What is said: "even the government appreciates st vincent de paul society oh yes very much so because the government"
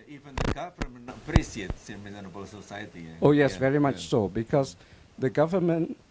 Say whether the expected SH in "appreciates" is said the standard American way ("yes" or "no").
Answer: no